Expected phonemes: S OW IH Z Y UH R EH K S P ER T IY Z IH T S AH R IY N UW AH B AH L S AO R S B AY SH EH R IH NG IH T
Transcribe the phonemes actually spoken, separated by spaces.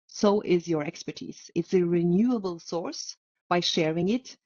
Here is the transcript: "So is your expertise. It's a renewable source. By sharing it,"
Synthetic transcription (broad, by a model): S OW IH Z Y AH R EH K S P ER T IY Z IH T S AH R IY N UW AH B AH L S AO R S B AY SH EH R IH NG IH T